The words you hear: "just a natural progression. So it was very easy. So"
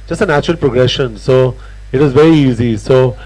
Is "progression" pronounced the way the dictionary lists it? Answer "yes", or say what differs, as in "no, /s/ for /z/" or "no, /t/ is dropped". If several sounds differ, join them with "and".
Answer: yes